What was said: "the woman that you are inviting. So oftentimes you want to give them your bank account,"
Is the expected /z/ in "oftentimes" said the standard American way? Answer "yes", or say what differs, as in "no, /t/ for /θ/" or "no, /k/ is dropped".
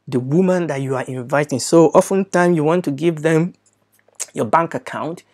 no, /z/ is dropped